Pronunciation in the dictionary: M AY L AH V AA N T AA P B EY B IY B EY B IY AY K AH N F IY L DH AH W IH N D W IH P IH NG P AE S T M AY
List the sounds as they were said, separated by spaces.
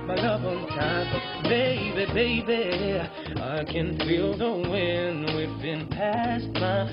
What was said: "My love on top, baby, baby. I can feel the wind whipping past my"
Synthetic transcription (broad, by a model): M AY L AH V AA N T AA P B EY B IY B EY B IY AY K AH N F IY L DH AH W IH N W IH B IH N P AE S T M AY